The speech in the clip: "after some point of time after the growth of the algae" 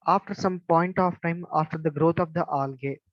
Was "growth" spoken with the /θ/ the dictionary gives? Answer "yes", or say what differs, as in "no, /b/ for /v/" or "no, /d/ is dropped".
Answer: no, /t/ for /θ/